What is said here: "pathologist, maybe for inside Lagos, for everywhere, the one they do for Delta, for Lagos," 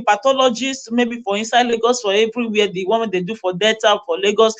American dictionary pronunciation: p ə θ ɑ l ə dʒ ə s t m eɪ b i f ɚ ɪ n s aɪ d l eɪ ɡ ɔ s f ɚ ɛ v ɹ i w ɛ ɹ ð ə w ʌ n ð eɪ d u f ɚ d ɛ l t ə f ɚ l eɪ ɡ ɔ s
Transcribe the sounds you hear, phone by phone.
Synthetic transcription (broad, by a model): p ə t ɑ l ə dʒ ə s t m eɪ b i f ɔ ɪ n s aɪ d l eɪ ɡ ɔ s f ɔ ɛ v ɹ i w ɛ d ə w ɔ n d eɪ d u f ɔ d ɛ t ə f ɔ l eɪ ɡ ɔ s